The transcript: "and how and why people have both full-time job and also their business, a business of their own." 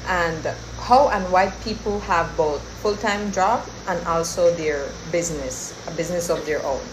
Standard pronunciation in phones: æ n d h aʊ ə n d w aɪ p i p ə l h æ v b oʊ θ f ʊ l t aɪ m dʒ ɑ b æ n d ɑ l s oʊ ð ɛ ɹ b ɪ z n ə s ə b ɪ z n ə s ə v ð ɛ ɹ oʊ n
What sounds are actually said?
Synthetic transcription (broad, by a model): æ n d h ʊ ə n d w aɪ p i p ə l h æ v b oʊ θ f ʊ l t aɪ m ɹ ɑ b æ n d ɑ l s oʊ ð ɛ ɹ b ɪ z n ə s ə b ɪ z n ə s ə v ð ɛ ɹ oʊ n